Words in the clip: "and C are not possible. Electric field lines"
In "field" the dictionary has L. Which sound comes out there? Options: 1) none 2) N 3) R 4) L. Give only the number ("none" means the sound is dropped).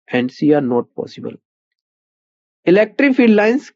1